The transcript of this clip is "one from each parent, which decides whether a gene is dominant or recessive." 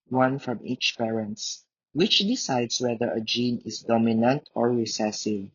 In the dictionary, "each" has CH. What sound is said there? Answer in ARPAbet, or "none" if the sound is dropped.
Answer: CH